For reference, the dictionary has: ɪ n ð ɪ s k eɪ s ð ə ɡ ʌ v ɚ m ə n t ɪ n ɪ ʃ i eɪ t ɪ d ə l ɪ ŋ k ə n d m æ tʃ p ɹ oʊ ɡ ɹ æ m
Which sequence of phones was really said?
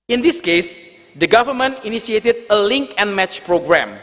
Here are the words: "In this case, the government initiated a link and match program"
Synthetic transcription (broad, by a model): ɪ n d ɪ s k eɪ s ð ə ɡ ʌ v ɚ m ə n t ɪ n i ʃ i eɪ t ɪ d ə l ɪ ŋ k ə n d m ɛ tʃ p ɹ oʊ ɡ ɹ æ m